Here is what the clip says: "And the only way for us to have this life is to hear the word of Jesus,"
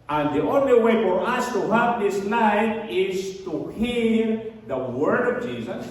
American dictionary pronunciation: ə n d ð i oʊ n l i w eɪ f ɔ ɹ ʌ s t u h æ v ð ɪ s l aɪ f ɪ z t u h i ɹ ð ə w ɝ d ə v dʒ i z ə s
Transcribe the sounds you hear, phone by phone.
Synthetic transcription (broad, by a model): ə n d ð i oʊ n l i w eɪ f ɔ ɹ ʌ s t u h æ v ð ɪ s n aɪ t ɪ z t u h i ɹ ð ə w ɝ d ə v dʒ i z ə s